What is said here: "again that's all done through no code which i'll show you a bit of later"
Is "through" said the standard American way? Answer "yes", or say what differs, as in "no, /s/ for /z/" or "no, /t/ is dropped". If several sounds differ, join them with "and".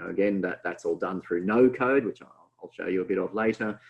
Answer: yes